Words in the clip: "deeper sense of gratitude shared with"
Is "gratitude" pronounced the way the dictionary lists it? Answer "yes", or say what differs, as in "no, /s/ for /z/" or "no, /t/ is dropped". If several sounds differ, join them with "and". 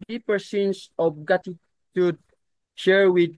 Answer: no, /ɹ/ is dropped